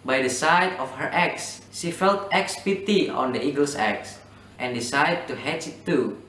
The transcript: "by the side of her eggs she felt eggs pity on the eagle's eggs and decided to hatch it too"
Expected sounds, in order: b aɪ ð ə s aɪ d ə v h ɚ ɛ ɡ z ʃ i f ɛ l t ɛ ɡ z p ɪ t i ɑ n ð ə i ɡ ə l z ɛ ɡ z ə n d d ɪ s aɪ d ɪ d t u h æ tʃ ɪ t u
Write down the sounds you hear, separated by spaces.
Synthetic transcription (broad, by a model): b aɪ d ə s aɪ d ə f h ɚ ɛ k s ʃ i f ɛ l t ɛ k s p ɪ t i ɑ n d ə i ɡ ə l s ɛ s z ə n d d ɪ s aɪ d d t u h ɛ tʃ ɪ t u